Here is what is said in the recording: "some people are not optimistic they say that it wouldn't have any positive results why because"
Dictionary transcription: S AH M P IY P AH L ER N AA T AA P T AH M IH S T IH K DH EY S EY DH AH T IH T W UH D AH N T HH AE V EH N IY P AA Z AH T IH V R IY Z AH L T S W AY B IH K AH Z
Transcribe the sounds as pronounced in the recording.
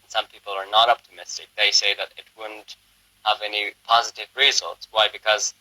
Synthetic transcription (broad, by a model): S AH M P IY P L ER N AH T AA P T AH M IH S T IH K DH EY S EY DH AH T IH T W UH D N T HH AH V EH N IY P AA Z AH T IH V R IY Z AH L T S W AY B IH K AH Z